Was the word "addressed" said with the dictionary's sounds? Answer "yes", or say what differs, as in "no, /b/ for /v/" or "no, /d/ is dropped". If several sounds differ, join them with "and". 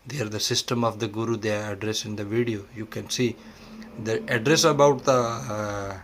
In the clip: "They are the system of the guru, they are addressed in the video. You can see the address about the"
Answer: no, /t/ is dropped